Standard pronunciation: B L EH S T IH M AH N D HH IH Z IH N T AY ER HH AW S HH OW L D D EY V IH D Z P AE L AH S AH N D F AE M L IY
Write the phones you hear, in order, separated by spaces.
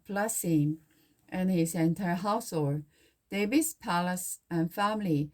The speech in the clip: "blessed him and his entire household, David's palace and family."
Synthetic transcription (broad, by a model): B L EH S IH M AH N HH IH S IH N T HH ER HH AW S HH OW L D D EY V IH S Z P AE L AH S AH N F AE M L IY